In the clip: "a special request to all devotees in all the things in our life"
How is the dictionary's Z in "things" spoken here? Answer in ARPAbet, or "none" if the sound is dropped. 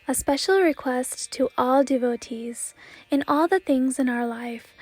Z